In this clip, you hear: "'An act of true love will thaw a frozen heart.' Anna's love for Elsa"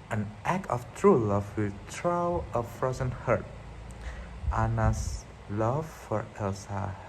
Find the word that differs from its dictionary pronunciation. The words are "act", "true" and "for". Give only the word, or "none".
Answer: act